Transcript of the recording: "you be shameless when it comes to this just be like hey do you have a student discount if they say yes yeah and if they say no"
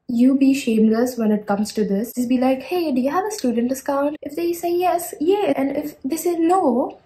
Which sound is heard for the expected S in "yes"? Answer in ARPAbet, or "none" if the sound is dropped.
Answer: S